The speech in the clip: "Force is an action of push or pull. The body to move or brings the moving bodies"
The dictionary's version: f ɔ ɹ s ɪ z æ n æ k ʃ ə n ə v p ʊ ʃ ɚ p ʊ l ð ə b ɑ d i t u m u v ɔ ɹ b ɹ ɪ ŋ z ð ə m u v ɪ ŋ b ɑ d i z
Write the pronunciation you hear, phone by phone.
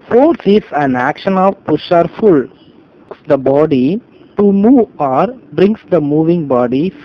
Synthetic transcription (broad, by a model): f ɔ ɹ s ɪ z æ n æ k ʃ ə n ə v p ʊ ʃ ɚ f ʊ l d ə b ɑ d i t u m u v ɔ ɹ b ɹ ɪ ŋ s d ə m u v ɪ ŋ b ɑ d i